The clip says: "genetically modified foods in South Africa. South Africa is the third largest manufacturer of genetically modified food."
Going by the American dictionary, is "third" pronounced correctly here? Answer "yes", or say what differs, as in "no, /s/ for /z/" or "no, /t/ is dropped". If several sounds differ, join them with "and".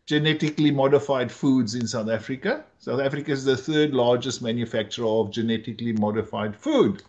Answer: no, /t/ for /θ/